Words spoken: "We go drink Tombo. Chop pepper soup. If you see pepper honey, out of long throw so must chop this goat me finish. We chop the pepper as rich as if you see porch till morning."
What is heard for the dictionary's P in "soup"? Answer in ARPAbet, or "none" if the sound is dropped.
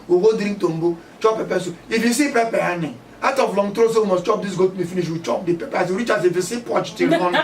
none